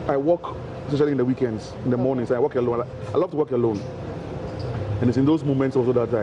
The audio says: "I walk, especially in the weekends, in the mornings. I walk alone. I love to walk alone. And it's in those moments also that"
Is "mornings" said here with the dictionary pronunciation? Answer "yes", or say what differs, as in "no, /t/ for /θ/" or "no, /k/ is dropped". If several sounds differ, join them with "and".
no, /s/ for /z/